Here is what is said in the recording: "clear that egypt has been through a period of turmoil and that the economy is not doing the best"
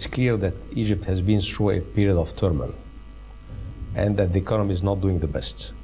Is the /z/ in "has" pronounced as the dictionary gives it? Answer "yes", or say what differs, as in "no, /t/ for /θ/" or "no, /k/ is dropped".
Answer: yes